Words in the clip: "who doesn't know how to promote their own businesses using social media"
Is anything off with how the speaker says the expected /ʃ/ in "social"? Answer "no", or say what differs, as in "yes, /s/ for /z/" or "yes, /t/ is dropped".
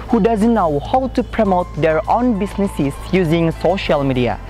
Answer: no